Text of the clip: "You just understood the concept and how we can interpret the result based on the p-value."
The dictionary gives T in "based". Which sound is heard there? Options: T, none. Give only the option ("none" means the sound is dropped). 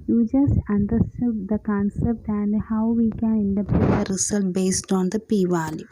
T